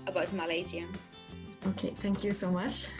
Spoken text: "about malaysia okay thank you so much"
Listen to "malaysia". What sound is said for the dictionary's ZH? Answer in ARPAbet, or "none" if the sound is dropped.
Z